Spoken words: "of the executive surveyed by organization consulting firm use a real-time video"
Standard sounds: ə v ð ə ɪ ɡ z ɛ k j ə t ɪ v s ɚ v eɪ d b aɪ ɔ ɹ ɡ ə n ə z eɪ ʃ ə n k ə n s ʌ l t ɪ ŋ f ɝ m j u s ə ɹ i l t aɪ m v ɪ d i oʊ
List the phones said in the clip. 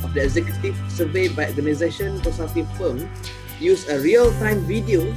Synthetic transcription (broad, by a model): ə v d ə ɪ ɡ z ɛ k j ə t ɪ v s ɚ v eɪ b aɪ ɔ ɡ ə n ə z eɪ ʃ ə n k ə s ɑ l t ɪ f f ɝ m j u s ə ɹ i l t aɪ m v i d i oʊ